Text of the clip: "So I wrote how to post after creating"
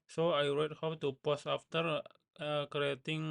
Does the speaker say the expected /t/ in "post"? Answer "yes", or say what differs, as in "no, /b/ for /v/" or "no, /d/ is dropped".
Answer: no, /t/ is dropped